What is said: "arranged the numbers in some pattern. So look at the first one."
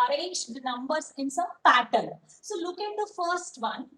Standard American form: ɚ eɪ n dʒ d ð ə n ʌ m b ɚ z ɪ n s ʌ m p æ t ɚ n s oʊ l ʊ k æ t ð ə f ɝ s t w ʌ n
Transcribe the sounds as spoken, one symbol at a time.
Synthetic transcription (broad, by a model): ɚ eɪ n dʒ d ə n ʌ m b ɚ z ɪ n s ʌ m p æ t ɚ l s oʊ l ʊ k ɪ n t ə f ɝ s t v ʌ n